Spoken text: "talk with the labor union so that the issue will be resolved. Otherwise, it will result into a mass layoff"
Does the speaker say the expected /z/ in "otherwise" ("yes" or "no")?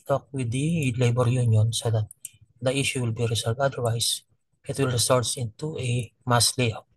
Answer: no